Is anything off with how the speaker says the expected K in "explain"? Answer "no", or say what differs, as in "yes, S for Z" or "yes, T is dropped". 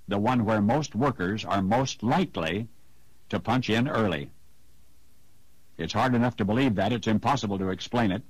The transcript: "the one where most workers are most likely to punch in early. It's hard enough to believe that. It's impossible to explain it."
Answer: no